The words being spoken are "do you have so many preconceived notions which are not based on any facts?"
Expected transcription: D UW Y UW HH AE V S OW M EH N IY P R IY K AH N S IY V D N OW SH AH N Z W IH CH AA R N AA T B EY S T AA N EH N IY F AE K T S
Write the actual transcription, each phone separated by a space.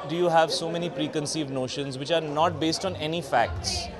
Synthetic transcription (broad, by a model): D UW Y UW HH AE V S OW M EH N IY P R IY K AH N S IY V D N OW SH AH N Z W IH CH AA R N AA T B EY S T AA N EH N IY F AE K T S